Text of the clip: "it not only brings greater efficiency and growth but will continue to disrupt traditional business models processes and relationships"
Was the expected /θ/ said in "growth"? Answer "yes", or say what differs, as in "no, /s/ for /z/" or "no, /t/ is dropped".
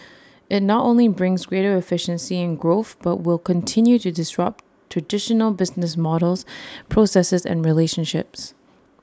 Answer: yes